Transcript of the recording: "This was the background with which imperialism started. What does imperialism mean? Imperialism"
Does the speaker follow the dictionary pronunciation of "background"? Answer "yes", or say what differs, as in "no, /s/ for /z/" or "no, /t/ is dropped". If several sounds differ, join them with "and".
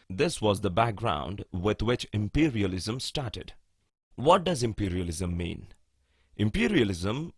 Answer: yes